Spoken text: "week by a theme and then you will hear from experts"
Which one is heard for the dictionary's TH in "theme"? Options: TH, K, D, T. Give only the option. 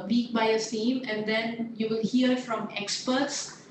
T